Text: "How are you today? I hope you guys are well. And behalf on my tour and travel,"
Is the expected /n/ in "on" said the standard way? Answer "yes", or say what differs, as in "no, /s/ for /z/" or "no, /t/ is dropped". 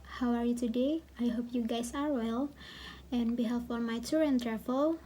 no, /l/ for /n/